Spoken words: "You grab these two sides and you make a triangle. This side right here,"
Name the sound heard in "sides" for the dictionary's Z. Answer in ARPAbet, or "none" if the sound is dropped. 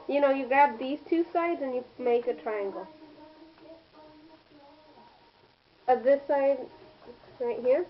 Z